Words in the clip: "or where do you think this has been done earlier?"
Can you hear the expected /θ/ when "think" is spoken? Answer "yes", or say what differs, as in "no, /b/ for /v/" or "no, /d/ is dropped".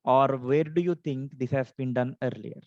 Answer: no, /t/ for /θ/